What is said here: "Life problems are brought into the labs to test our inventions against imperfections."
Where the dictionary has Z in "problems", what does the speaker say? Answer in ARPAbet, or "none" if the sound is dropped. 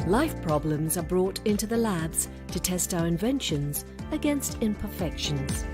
Z